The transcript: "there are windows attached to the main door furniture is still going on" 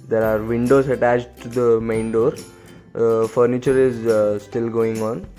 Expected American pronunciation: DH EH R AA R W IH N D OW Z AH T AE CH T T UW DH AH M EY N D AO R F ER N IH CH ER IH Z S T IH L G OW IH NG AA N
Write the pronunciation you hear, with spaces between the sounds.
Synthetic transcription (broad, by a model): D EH R AA R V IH N D OW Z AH T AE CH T T UW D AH M EY N D AO R F ER N IH CH ER IH Z S T IH L G OW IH NG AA N